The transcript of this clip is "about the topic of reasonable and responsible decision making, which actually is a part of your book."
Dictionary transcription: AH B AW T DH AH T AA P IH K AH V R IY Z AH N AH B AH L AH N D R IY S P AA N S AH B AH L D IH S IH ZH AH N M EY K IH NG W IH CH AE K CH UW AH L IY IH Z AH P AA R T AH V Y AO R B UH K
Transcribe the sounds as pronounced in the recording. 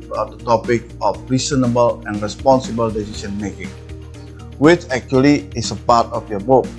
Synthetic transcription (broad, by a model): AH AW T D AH T AA P IH K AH F R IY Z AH N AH B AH L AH N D R IY S P AA N S AH B AH L D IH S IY S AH N M EY K IH NG W IH CH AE K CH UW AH L IY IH S AH P AA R T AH F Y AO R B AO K